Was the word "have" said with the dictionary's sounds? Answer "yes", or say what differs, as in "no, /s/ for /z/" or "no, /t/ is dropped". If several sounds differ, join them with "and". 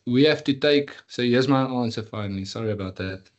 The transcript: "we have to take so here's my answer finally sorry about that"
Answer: no, /f/ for /v/